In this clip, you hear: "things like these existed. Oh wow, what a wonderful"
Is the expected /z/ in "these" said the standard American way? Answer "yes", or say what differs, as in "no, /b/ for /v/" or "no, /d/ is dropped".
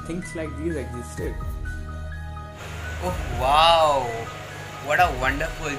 no, /z/ is dropped